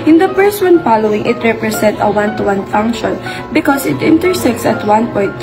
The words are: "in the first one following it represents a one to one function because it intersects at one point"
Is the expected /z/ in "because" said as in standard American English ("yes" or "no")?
no